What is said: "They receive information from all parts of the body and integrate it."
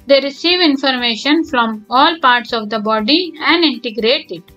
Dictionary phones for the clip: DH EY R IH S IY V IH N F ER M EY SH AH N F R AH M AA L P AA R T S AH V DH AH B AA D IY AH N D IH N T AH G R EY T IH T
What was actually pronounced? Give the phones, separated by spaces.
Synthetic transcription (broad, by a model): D EY R IH S IY V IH N F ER M EY SH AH N F R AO M AA L P AA R T S AH V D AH B AA D IY AH N D IH N T AH G R EY T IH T